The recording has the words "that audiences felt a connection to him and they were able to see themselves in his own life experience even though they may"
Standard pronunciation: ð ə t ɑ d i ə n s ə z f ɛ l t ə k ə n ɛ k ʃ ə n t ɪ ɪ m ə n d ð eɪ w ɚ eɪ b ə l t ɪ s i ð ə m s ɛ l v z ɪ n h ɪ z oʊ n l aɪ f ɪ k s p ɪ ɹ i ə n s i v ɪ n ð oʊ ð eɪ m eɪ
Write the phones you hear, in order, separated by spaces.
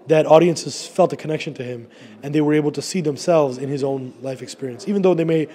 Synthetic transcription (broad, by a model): ð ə t ɑ d i ə n s ə z f ɛ l t ə k ə n ɛ k ʃ ə n t ɪ ɪ m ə n ð eɪ w ɚ eɪ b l t ɪ s i ð ə m s ɛ l v z ɪ n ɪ z oʊ n l aɪ f ɪ k s p ɪ ɹ i ə n s i v ɪ n ð oʊ ð eɪ m eɪ